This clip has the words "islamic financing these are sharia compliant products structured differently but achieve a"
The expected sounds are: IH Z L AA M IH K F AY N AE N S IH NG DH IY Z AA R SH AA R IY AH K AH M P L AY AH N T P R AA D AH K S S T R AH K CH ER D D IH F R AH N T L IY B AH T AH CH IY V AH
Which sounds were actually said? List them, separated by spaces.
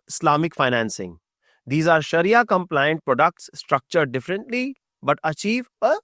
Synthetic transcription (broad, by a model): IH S L AA M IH K F AY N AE N S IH NG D IY Z AA R SH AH R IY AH K AH M P L AY AH N T P R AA D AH K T S T R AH K CH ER D D IH F R AH N T L IY B AH T AH CH IY V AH